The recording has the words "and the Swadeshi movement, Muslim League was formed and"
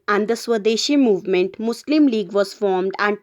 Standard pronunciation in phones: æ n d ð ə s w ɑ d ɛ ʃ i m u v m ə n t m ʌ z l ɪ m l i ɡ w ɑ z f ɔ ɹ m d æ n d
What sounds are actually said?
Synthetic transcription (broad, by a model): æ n d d ə s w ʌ d ɛ ʃ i m u v m ə n t m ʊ s l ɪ m l i ɡ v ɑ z f ɔ ɹ m d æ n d